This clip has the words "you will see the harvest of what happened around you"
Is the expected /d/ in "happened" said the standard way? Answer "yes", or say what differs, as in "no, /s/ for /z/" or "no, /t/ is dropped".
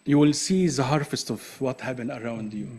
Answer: no, /d/ is dropped